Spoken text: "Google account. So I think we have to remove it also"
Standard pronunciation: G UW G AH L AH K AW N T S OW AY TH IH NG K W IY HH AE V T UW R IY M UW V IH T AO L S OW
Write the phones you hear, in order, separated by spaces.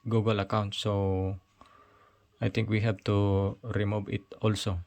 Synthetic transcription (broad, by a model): G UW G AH L AH K AW N T S OW AY T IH NG K W IY HH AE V T UW R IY M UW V IH T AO L S OW